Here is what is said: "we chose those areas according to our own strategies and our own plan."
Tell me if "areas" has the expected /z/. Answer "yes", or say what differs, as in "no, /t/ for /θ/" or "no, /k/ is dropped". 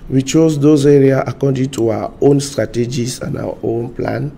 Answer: no, /z/ is dropped